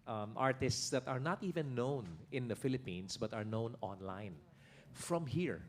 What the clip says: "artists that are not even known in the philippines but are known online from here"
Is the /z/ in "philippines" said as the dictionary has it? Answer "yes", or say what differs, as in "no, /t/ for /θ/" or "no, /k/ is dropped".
no, /s/ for /z/